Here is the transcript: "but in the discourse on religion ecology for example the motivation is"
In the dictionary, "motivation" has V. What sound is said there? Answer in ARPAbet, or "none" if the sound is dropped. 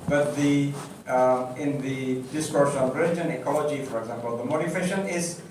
F